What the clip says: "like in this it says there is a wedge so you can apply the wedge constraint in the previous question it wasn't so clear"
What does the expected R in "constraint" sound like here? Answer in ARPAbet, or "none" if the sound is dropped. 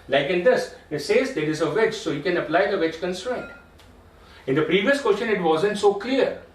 R